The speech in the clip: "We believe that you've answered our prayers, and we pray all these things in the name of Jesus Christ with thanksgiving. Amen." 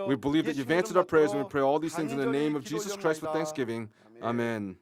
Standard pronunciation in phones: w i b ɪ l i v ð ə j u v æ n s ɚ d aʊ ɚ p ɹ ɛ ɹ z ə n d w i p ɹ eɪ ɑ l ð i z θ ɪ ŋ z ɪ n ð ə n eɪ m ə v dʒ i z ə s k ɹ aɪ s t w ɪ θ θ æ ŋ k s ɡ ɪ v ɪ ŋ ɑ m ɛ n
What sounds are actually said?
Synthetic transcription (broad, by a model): w i b ɪ l i v ð ə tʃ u v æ n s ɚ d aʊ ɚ p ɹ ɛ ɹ z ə n w i p ɹ eɪ ɑ l ð i z θ ɪ ŋ z ɪ n ð ə n eɪ m ə v dʒ i z ə s k ɹ aɪ s t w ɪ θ θ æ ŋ k s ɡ ɪ v ɪ ŋ ɑ m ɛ n